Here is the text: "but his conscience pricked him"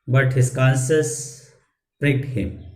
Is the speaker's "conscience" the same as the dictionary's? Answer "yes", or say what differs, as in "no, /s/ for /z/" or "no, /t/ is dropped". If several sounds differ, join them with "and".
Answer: no, /s/ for /ʃ/ and /n/ is dropped